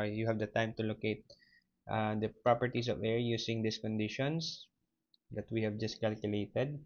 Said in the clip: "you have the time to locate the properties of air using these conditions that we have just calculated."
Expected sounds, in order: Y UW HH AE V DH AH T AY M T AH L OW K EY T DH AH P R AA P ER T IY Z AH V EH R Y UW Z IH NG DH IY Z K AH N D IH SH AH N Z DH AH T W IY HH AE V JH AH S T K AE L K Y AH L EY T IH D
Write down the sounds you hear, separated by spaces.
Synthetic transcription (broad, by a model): Y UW HH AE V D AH T AY M T AH L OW K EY T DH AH P R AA P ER T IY S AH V EH R Y UW S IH NG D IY S K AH N D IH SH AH N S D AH T W IY HH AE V JH AH S T K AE L K Y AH L EY T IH D